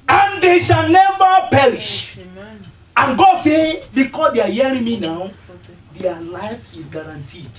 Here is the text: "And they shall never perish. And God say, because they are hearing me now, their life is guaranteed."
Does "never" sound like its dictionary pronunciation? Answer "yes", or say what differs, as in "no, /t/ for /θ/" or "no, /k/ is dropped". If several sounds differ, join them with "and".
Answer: no, /b/ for /v/